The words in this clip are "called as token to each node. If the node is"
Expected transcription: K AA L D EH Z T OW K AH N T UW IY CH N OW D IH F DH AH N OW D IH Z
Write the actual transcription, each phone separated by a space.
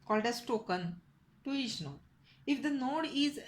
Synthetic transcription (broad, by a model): K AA L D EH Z T OW K AH N T UW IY SH N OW IH F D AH N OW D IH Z